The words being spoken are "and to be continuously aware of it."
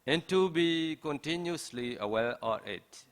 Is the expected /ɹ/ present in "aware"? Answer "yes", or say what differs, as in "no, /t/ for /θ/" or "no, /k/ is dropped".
no, /l/ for /ɹ/